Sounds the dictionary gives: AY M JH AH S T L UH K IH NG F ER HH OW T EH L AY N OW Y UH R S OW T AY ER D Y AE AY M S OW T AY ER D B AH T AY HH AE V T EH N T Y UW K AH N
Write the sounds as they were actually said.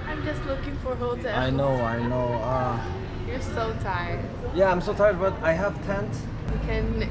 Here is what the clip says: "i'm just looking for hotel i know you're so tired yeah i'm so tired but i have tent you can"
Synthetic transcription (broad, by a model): AY M JH AH S T L UH K IH NG F ER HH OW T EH N AY N OW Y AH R S OW T AY ER D Y AE AY M S OW T AY ER D B AH T AY HH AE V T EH N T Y K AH N